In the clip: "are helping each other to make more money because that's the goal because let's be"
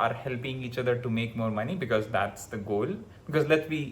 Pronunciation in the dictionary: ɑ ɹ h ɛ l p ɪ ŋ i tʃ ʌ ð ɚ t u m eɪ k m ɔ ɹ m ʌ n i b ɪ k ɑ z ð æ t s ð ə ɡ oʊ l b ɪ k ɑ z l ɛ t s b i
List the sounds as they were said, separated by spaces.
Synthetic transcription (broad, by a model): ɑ ɹ h ɛ l p ɪ ŋ i tʃ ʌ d ɚ t u m eɪ k m ɔ ɹ m ʌ n i b ɪ k ɑ z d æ t s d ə ɡ oʊ l b ɪ k ɑ z l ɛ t b i